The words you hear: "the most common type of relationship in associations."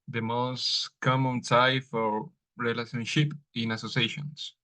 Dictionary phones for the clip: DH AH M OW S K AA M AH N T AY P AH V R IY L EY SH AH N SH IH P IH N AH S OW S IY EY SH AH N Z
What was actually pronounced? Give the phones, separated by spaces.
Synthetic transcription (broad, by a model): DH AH M OW S K AA M AH N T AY F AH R R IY L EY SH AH N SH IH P IH N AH S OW S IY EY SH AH N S